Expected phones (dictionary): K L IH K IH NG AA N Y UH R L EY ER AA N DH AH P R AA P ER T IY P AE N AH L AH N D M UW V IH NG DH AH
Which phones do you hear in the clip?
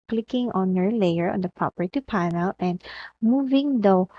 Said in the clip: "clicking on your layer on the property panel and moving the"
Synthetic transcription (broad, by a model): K L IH K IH NG AA N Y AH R L EY ER AA N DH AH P AA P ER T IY P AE N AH L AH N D M UW V IH NG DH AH